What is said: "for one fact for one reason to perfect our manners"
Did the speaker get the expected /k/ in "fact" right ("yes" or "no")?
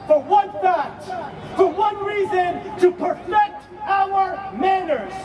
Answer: no